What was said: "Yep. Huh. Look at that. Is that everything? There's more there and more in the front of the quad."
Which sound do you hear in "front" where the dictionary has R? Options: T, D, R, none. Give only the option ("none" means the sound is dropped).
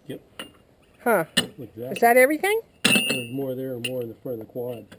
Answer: none